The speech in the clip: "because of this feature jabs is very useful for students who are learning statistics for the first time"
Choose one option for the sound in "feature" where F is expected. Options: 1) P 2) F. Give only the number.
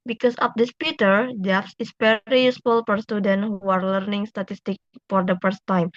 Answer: 1